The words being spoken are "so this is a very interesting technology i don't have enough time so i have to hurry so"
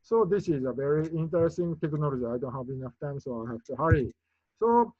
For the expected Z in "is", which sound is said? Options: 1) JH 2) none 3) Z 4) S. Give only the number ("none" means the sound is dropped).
3